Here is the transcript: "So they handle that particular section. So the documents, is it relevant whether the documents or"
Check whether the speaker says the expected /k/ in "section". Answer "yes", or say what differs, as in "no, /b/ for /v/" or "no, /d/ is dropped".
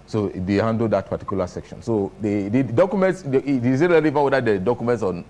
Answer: yes